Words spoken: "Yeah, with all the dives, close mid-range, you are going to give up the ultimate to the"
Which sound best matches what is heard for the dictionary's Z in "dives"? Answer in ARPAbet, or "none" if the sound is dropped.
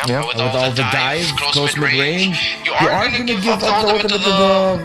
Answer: none